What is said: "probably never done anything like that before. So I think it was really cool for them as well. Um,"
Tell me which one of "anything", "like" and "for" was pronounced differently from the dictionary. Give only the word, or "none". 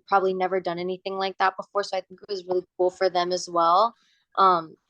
none